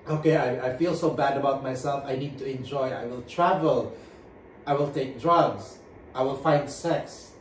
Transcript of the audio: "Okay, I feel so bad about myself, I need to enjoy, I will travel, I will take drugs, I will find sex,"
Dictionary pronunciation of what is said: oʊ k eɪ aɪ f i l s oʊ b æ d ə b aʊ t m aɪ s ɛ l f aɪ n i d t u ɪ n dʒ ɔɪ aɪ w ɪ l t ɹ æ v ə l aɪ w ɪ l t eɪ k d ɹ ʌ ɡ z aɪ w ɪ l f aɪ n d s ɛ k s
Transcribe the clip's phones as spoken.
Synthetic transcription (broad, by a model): oʊ k eɪ aɪ f i l s oʊ b æ d ə b aʊ t m aɪ s ɛ l f aɪ n i d t u ɪ n dʒ ɔɪ aɪ w ɪ l t ɹ æ v ə l aɪ w ɪ l t eɪ k d ɹ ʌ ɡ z aɪ w ɪ l f aɪ n d s ɛ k s